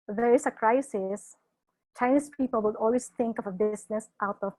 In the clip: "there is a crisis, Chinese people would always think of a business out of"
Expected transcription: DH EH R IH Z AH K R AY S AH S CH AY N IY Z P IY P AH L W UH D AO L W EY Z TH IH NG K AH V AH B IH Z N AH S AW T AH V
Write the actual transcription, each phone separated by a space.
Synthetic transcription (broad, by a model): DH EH R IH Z AH K R AY S AH S CH AY N IY S P IY P AH L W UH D AO L W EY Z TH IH NG K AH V AH B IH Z N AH S AW T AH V